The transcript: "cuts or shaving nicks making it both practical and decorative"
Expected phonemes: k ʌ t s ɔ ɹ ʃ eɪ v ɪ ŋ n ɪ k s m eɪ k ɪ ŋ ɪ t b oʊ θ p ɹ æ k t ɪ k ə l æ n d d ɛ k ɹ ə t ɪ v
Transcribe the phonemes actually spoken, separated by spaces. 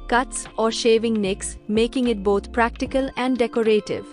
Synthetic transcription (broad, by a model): k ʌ t s ɔ ɹ ʃ eɪ v ɪ ŋ n ɪ k s m eɪ k ɪ ŋ ɪ t b oʊ t p ɹ æ k t ɪ k ə l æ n d d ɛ k ɹ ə t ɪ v